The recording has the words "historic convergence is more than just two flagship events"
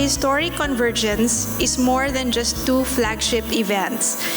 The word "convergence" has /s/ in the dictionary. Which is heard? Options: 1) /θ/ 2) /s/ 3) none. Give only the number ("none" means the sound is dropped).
2